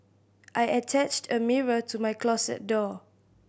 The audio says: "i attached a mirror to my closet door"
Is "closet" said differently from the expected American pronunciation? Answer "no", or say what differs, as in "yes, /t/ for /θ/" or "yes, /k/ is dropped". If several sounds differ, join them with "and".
yes, /s/ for /z/